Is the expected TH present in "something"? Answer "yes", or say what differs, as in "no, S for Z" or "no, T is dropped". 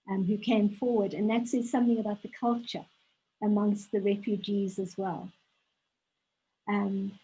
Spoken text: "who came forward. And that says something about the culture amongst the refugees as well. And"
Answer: yes